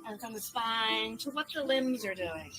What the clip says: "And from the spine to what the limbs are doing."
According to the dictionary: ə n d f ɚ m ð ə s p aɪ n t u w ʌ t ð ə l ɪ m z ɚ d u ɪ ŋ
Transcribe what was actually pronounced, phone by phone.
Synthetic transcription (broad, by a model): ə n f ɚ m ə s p aɪ n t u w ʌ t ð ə l ɪ m z ɚ d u ɪ ŋ